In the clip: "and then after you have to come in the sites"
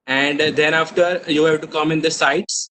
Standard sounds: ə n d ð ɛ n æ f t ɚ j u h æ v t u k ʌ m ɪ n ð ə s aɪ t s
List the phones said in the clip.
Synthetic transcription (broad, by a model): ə n d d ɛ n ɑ f t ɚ j u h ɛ b t u k ʌ m ɪ n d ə s aɪ t s